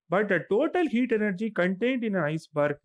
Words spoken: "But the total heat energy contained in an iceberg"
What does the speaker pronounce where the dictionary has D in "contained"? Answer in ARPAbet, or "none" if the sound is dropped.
D